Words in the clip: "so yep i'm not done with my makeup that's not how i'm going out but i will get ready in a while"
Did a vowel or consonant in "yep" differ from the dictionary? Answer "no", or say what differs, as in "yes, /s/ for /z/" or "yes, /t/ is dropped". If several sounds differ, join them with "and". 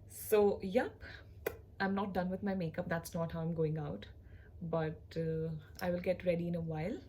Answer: no